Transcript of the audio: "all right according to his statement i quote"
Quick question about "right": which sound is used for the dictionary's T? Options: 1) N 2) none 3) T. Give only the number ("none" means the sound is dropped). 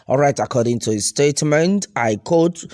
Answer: 3